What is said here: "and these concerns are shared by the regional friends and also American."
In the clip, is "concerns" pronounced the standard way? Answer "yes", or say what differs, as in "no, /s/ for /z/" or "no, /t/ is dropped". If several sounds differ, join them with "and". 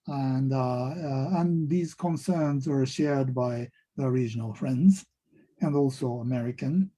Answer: yes